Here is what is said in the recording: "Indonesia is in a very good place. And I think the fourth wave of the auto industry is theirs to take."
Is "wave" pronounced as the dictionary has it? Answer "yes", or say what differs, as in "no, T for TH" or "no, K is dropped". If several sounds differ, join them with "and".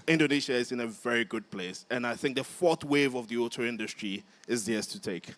yes